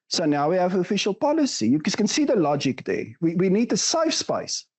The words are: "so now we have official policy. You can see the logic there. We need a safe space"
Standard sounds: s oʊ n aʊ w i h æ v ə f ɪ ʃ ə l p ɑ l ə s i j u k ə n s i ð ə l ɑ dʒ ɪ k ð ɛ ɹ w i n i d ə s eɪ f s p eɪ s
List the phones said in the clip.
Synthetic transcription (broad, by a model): s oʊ n aʊ w i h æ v ə f ɪ ʃ ə l p ɑ l ə s i j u k ə n s i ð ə l ɑ dʒ ɪ k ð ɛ w w i n i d ə s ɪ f s p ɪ s